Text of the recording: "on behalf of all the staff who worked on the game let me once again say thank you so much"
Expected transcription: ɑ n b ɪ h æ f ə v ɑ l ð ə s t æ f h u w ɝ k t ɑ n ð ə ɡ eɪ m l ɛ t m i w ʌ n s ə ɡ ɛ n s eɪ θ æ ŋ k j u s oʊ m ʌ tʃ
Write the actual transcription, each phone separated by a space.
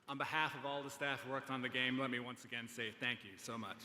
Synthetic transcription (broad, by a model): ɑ n b ɪ h æ f ə v ɑ l ð ə s t æ f w ɝ k t n ð ə ɡ eɪ m l ɛ t m i w ʌ n s ə ɡ ɛ n s eɪ θ æ ŋ k j u s oʊ m ʌ tʃ